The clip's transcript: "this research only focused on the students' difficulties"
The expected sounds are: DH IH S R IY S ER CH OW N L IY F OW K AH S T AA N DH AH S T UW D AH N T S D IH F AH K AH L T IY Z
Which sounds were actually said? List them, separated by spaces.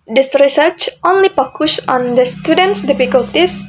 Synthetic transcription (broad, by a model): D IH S R IY S ER CH OW N L IY P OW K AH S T AA N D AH S T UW D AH N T S D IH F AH K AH L T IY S